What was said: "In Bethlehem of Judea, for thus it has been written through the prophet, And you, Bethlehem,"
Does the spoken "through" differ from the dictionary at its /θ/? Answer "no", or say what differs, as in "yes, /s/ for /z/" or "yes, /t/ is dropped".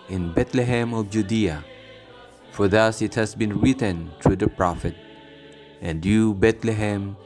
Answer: yes, /t/ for /θ/